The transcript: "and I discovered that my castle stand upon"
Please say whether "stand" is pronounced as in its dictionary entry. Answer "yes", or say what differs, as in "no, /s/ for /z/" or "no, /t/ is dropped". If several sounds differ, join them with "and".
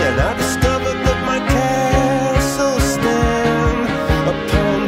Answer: no, /d/ is dropped